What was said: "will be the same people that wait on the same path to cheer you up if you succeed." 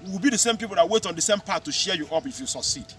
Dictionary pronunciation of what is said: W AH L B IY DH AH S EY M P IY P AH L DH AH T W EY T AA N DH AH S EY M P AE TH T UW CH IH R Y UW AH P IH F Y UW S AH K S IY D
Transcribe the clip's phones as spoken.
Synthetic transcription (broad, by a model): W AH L B IY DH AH S EY M P IY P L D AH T W EY T AA N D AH S EY M P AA T UW SH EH Y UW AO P IH F Y UW S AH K S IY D